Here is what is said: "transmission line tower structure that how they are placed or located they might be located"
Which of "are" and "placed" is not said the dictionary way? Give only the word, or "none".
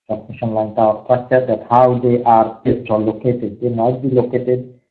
placed